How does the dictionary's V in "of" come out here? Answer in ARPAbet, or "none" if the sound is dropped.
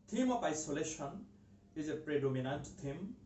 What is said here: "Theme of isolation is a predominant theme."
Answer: P